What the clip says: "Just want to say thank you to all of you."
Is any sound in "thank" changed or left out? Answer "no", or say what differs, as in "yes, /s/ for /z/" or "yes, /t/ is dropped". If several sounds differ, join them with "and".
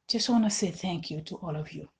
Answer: no